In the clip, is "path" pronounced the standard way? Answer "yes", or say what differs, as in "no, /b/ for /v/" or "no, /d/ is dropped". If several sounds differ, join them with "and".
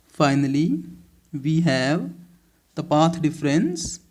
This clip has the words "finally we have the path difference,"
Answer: no, /t/ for /θ/